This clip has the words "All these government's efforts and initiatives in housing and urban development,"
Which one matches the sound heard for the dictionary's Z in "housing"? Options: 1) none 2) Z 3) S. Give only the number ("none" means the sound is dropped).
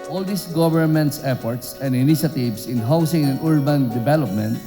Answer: 3